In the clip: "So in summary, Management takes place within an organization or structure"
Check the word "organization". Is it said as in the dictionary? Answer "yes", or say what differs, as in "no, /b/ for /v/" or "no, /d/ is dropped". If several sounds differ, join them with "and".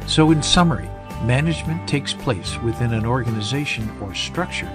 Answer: yes